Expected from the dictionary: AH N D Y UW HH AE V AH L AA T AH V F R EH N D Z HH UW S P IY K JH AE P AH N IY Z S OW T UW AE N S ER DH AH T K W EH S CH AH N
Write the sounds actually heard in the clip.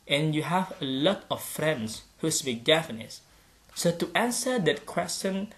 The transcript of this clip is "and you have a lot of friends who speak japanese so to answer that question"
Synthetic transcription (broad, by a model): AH N Y UW HH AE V AH L AA T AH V F R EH N D S HH UW S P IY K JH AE F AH N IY S OW T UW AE N S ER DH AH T K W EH S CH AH N